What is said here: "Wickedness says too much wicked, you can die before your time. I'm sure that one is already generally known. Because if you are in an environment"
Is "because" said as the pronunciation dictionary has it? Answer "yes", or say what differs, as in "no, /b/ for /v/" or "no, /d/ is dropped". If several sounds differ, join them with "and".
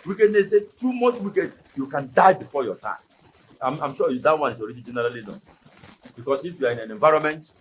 no, /s/ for /z/